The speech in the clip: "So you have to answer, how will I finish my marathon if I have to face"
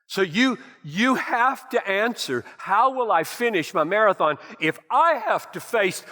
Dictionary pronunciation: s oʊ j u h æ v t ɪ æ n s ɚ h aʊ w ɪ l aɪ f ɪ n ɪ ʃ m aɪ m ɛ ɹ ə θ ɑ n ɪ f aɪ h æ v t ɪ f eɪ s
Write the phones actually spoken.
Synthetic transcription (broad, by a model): s oʊ j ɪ h æ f t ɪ æ n s ɚ h aʊ w ɪ l aɪ f ɪ n ɪ ʃ m aɪ m ɛ ɹ ə θ ɑ n ɪ f aɪ h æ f t ɪ f eɪ s